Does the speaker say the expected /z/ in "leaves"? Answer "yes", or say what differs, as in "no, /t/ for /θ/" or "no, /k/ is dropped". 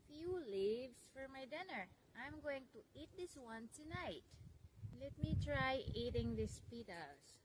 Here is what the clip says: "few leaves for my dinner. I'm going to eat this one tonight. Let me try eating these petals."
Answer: no, /s/ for /z/